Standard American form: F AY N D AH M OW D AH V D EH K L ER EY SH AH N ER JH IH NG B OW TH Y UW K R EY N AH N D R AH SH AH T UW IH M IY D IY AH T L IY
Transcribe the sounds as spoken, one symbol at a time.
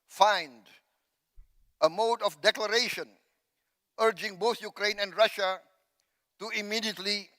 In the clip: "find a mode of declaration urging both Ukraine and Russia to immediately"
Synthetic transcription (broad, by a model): F AY N D AH M OW D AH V D EH K L ER EY SH AH N ER JH IH NG B OW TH Y UW K R EY N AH N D R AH SH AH T UW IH M IY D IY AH T L IY